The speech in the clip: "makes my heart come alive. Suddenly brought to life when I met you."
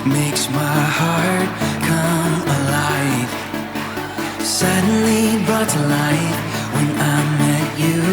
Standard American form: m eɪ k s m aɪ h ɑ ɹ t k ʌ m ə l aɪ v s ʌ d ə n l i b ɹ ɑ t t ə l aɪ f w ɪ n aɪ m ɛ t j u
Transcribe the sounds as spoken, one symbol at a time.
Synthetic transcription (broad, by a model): m eɪ k s m aɪ h ɑ ɹ t k ʌ m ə l aɪ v s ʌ d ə n l i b ʌ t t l aɪ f w ɪ n aɪ m ɛ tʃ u